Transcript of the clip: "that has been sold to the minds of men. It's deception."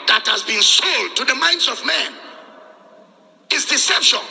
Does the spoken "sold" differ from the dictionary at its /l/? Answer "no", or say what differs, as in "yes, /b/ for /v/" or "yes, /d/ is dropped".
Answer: no